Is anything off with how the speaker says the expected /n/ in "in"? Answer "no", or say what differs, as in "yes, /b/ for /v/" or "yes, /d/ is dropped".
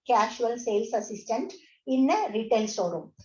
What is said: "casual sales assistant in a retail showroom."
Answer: no